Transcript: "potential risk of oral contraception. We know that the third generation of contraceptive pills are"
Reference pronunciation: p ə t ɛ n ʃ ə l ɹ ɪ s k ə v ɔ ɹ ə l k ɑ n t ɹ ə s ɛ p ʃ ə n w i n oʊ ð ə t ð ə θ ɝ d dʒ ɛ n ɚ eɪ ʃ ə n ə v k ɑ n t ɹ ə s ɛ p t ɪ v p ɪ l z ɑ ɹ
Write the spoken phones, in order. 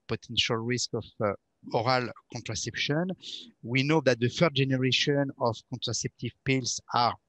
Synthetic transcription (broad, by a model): p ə t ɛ n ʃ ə l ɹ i s k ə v ɔ ɹ ə l k ɑ n t ɹ ə s ɛ p ʃ ə n w i n oʊ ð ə t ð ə f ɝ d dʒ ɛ n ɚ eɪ ʃ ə n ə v k ɑ n t ɹ ə s ɛ p t ɪ v p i l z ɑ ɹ